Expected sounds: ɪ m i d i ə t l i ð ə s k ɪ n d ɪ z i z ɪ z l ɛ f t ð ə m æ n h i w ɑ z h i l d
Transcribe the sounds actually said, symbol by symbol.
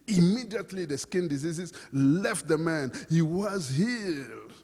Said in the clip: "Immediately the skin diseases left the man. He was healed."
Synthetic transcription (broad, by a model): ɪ m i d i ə t l i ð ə s k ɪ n d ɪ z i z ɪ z l ɛ f t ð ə m æ n h i w ɑ z h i